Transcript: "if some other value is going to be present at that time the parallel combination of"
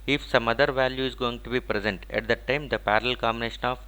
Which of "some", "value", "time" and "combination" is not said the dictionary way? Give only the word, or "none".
none